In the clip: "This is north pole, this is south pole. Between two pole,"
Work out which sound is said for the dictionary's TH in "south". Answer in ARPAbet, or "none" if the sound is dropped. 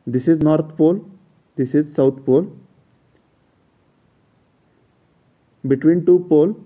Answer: T